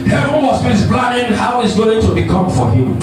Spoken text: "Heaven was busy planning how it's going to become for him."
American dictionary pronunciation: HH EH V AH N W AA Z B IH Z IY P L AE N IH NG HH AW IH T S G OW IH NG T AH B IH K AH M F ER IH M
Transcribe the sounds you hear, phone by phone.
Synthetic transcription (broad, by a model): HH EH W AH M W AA S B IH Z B L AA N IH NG HH AW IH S G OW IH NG T AH B IH K AH M F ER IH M